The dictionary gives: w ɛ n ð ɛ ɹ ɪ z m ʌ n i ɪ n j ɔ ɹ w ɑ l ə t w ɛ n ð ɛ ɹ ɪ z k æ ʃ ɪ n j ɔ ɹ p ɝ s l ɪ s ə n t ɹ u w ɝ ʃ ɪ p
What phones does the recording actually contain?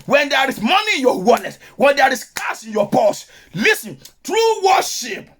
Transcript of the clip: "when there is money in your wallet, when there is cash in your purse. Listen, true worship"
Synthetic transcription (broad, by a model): w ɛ n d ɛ ɹ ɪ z m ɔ n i ɪ n j ɔ w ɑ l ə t w ɛ n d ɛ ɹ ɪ s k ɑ s ɪ n j ɔ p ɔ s l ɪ s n t ɹ u w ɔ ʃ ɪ p